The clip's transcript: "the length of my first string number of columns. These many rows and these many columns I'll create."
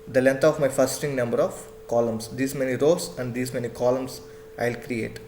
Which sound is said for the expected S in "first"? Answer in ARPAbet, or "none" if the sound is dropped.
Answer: none